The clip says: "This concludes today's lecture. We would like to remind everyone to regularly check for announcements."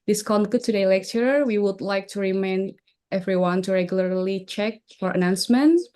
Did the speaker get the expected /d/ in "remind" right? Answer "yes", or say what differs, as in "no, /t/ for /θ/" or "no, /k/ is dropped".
no, /d/ is dropped